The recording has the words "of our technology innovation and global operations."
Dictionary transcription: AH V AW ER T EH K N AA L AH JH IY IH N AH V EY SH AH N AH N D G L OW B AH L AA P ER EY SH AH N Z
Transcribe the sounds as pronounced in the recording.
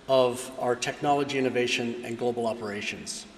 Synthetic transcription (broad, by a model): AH V AW ER T EH K N AA L AH JH IY IH N AH V EY SH AH N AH N G L OW B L AA P ER EY SH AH N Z